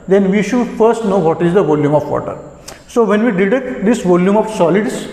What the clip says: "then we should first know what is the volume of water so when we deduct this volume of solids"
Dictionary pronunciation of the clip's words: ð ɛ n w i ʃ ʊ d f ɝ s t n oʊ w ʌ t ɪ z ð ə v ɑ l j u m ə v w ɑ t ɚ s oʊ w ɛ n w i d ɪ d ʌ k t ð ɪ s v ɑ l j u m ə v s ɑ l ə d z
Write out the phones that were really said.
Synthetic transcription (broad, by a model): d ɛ n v i ʃ ʊ d f ɝ s t n oʊ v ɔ t ɪ z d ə v ɑ l j u m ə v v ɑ t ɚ s oʊ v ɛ n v i d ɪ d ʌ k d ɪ s v ɑ l j u m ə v s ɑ l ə d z